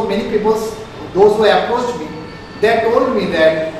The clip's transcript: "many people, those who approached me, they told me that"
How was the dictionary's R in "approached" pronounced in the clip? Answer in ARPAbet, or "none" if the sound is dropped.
none